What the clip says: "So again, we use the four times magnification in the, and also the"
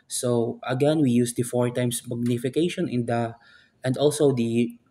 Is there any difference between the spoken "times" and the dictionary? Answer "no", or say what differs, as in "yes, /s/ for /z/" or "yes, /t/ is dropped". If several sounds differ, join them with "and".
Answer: yes, /s/ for /z/